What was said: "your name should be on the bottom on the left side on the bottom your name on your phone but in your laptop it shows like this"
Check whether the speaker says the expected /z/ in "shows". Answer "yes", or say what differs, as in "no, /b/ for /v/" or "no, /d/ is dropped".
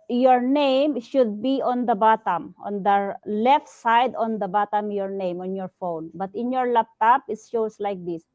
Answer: no, /s/ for /z/